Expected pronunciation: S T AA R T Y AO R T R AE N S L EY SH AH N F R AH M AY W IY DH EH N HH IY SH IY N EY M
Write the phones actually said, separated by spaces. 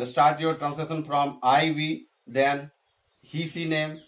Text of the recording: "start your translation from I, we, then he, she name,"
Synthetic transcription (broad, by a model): S T AA R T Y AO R T R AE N S EY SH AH N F R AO M AY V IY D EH N HH IY S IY N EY M